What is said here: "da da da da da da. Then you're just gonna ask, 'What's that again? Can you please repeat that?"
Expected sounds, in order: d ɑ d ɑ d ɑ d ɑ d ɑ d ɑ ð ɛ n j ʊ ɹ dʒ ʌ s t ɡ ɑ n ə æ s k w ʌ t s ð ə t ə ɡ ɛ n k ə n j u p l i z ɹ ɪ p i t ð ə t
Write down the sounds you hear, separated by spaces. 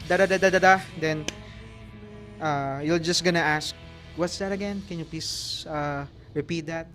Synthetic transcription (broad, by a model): d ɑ d ɑ d ɑ d ɑ d ɑ d ɑ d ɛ n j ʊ l dʒ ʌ s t ɡ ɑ n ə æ s k w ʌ t s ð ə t ə ɡ ɛ n k ə n j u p l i s ɹ ɪ p i t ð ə t